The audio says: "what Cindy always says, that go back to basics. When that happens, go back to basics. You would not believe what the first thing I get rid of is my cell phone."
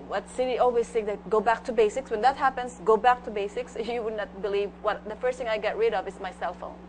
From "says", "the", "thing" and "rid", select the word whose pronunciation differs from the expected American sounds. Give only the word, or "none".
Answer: says